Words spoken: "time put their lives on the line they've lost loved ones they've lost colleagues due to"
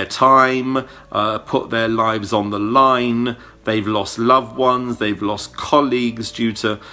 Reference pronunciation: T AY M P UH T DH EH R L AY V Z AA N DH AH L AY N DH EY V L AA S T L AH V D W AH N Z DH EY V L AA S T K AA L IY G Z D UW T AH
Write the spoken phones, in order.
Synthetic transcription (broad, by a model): T AY M P UH T DH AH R L AY V Z N DH AH L AY N DH EY V L AA S T L AH V W AH N Z DH EY V L AA S K AA L IY G Z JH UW T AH